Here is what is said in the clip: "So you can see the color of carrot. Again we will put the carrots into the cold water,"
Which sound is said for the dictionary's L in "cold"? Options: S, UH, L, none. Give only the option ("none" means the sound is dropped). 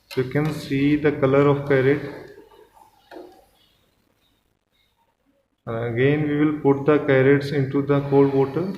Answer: none